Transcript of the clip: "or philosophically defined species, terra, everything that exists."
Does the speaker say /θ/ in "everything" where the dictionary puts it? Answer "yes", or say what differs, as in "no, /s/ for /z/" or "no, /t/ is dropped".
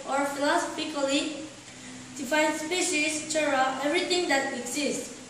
no, /t/ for /θ/